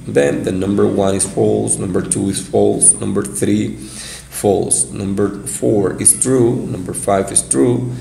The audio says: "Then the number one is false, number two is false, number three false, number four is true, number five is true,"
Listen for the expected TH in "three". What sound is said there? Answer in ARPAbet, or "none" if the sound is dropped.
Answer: TH